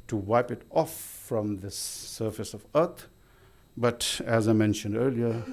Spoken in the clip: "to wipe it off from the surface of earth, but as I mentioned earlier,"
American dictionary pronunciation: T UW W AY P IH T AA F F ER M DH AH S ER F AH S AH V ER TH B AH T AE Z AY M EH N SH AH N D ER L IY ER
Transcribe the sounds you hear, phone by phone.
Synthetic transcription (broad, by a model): T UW W AY P IH T AA F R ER M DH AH S ER F AH S AH V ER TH B AH T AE Z AY M EH N SH AH N D ER L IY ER